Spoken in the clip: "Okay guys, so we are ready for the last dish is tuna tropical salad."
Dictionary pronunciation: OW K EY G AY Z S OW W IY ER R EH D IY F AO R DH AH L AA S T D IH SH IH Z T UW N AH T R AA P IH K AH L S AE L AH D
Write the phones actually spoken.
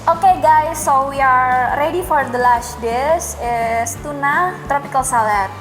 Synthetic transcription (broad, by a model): OW K EY G AY S OW W IY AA R EH D IY F AO R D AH L AA S T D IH S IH S T UW N AH T R AA P IH K AH L S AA L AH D